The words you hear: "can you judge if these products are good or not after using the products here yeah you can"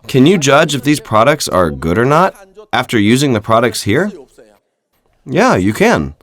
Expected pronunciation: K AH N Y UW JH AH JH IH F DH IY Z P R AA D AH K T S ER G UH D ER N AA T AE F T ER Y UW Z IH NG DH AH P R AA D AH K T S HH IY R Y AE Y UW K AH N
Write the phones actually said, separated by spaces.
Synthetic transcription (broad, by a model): K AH N Y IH JH AH JH IH F DH IY Z P R AA D AH K T S ER G UH D ER N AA T AE F T ER Y UW Z IH NG DH AH P R AA D AH K T S HH IY R Y AE Y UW K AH N